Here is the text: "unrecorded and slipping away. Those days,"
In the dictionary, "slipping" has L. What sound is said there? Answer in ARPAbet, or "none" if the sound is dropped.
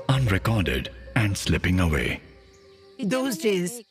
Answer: L